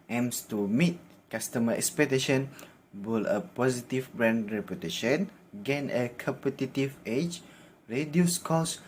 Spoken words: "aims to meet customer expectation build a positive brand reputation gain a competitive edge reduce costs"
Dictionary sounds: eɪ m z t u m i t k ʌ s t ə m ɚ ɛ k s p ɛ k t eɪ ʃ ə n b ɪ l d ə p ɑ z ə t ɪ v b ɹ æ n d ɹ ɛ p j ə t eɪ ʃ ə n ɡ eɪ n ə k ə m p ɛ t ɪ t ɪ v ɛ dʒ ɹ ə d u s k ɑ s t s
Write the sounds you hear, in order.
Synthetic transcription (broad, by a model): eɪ m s t u m i t k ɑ s t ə m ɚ ɛ k s p ɛ k t eɪ ʃ ə n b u l ə p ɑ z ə t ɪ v b ɹ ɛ n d ɹ ɛ p j ə t eɪ ʃ ə n ɡ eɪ n ə k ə m p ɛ t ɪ t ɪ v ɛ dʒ ɹ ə d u s k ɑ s s